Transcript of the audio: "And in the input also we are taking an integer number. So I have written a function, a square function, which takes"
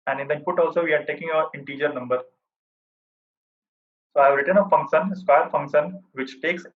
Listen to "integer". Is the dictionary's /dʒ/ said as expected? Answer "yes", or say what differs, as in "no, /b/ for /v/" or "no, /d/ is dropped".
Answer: yes